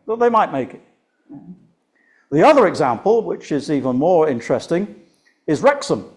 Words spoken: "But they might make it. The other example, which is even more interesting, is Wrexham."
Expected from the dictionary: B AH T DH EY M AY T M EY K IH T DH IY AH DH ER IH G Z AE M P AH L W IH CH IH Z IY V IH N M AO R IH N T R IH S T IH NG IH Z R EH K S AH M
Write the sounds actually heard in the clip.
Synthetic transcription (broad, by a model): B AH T DH EY M AY T M EY K IH T DH IY AH DH ER IH G Z AE M P AH L W IH CH IH Z IY V IH N M AO R IH N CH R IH S T IH NG IH Z R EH K S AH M